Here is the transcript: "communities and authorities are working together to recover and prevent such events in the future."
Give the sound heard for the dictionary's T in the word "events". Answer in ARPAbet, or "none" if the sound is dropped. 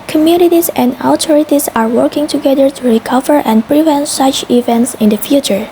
T